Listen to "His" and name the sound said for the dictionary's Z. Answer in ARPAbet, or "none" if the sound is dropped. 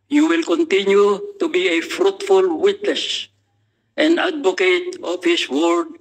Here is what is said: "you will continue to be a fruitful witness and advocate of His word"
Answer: S